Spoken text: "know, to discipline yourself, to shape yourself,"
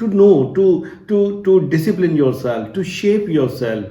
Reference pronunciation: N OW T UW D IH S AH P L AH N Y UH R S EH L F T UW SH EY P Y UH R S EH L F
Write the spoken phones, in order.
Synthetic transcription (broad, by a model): N OW T UW D IH S AH P L AH N Y UH R S EH L F T UW SH EY P Y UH R S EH L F